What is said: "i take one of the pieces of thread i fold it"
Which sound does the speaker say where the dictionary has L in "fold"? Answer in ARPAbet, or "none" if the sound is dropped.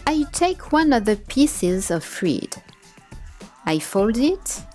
L